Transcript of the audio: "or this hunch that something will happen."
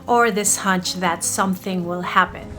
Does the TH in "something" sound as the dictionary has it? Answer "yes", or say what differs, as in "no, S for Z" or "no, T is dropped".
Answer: yes